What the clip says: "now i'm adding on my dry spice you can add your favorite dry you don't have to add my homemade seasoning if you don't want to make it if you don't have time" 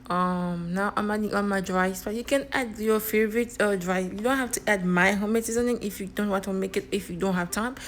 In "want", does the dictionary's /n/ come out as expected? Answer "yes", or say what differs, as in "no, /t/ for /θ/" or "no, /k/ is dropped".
no, /n/ is dropped